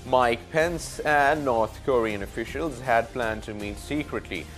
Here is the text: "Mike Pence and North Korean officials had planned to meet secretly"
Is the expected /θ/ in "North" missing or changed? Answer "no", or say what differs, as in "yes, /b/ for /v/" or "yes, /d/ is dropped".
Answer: yes, /t/ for /θ/